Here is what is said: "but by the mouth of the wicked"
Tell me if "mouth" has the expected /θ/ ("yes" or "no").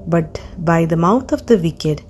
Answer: no